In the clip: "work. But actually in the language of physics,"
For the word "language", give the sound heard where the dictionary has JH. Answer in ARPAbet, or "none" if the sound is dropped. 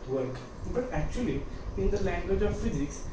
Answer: JH